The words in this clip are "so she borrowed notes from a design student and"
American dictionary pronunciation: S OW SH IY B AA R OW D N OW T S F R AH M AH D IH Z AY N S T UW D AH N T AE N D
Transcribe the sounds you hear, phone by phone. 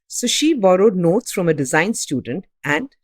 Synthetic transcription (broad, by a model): S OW SH IY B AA R OW D N OW T S F R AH M AH D IH Z AY N S T UW D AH N T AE N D